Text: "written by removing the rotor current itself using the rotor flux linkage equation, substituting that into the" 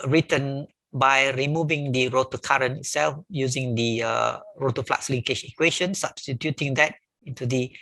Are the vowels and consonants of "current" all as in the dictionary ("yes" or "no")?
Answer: no